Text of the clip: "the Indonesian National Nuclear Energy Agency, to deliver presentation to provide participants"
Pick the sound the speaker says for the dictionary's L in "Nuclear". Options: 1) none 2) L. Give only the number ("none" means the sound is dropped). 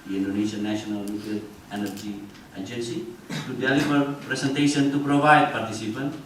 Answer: 1